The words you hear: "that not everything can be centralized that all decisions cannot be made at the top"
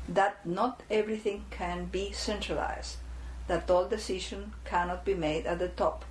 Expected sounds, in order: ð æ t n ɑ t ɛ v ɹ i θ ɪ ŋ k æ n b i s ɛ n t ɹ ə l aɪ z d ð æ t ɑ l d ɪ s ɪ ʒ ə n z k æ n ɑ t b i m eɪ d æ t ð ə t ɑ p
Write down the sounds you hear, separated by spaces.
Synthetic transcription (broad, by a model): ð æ t n ɑ t ɛ v ɹ i θ ɪ ŋ k æ n b i s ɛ n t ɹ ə l aɪ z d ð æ t ɑ l d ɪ s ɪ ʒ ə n k æ n ɑ t b i m eɪ d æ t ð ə t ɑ p